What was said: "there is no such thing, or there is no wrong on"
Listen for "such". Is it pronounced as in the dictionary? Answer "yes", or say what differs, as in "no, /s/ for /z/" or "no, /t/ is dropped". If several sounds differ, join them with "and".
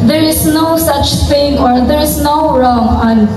yes